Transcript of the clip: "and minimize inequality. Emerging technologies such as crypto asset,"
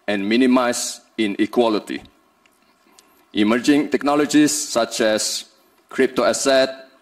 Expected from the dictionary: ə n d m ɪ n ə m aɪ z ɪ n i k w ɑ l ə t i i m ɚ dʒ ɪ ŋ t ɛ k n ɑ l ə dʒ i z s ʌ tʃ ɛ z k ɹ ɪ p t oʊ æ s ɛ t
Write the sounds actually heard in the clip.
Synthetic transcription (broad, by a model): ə n m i n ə m aɪ s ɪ n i k w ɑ l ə t i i m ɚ dʒ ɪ ŋ t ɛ k n ɑ l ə dʒ i s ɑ tʃ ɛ s k ɹ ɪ p t oʊ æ s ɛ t